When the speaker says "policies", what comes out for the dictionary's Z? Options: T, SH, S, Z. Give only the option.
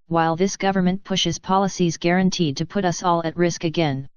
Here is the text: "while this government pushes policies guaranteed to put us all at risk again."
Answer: Z